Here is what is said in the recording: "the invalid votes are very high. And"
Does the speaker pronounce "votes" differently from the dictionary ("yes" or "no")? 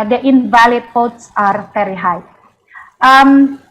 yes